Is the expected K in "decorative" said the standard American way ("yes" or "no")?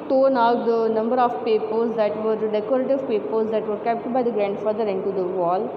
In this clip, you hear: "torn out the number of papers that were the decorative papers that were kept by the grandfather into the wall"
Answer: no